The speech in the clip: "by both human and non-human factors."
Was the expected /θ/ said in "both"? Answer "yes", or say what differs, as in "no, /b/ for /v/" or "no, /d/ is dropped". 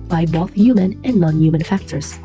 yes